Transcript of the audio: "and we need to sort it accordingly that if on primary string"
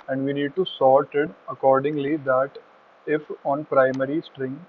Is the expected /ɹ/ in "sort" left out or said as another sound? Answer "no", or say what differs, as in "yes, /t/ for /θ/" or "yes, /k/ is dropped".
yes, /l/ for /ɹ/